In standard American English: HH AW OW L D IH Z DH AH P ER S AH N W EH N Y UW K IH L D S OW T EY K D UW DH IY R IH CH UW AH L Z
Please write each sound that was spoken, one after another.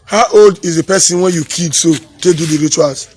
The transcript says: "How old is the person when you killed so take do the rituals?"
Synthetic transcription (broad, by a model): HH AW OW L D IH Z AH P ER S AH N W EH N Y UW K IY D S OW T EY D UW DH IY R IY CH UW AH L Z